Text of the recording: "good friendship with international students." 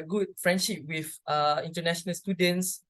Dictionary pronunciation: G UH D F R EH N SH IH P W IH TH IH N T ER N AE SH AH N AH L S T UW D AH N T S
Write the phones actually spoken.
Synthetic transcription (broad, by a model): G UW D F R EH N SH IH P W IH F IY N T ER N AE SH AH N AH L S T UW D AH N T S